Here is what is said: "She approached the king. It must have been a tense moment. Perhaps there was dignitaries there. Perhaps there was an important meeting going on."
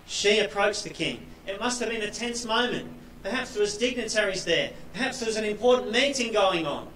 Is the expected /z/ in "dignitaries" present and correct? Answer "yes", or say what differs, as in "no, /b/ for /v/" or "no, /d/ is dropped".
yes